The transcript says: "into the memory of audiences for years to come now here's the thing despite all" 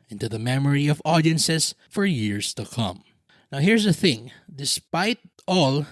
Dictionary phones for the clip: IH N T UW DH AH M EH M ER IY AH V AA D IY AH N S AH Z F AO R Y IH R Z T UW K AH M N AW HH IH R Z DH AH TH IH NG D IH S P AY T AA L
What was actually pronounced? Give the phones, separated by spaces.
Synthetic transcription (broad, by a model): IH N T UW DH AH M EH M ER IY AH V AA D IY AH N S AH S F AO R Y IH R S T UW K AH M N AW HH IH R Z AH TH IH NG D IH S P AY T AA L